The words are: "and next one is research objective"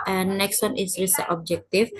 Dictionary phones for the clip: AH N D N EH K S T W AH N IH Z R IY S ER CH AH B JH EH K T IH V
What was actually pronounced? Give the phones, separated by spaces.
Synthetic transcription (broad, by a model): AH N N EH K S T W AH N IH S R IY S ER AH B JH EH K T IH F